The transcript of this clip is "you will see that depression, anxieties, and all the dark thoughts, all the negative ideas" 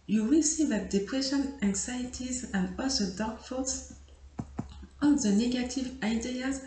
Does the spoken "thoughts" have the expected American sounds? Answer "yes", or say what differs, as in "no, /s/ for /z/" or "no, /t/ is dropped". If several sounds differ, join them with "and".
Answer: no, /f/ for /θ/